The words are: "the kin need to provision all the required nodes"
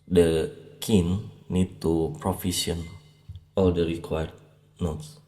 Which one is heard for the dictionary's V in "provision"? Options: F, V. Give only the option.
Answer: F